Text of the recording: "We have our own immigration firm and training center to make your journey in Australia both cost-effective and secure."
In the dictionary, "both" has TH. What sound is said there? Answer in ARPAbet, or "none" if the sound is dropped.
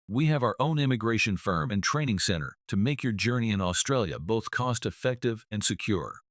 TH